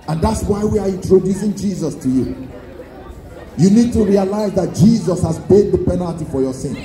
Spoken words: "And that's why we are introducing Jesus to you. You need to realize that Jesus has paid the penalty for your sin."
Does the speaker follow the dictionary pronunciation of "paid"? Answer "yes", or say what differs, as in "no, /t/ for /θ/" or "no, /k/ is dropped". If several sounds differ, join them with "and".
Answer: no, /b/ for /p/